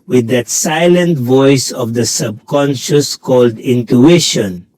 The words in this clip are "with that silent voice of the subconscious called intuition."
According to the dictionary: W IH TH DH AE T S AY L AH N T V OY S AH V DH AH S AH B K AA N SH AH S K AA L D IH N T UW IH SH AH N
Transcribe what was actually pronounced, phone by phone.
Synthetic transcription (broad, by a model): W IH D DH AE T S AY L AH N T V OY S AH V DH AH S AH B K AA N SH AH S K AA L D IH N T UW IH SH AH N